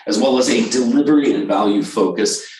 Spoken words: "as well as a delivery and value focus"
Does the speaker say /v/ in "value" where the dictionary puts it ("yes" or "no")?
yes